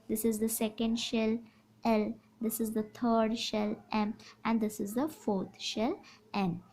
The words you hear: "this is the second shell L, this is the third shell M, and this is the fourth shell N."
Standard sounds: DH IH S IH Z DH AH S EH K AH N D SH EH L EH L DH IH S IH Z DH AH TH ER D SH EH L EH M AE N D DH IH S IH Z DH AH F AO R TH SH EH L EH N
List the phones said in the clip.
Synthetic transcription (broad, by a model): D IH S IH Z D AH S EH K AH N D SH EH L EH L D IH S IH Z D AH T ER D SH EH L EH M AE N D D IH S IH Z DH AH F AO R T SH EH L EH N